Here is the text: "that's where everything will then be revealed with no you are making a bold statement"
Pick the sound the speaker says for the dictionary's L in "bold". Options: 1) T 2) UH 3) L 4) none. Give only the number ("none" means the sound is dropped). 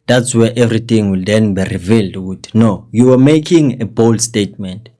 3